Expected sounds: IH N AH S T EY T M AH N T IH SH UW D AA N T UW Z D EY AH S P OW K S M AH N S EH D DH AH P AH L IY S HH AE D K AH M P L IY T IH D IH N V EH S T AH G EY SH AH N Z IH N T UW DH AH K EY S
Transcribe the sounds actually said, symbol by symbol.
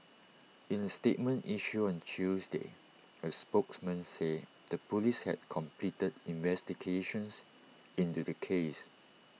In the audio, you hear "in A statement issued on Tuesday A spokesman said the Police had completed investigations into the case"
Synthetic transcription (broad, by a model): IH N AH S T EY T M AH N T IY SH UW AA N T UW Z D EY AH S P OW K S M AH N S EH D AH P AH L IY S HH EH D K AH M P L IY T IH D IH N V EH S T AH G EY SH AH N S IH N T UW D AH K EY S